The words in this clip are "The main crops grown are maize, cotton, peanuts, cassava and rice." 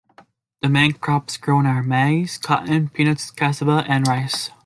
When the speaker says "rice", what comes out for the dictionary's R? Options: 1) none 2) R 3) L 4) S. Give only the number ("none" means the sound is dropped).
2